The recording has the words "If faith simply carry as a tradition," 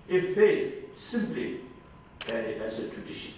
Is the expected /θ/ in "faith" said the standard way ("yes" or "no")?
no